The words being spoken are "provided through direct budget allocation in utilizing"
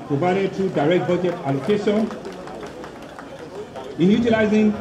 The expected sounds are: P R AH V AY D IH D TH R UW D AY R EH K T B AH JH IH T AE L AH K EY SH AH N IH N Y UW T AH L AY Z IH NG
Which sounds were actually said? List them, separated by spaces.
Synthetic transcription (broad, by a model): P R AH V AY D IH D T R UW D AY R EH K T B AH JH IH T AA L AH K EY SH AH N IH N Y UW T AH L AY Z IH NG